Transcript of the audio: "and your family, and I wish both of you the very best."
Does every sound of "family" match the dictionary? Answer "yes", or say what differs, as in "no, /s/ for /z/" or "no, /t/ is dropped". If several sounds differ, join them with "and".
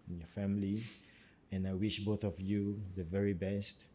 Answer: yes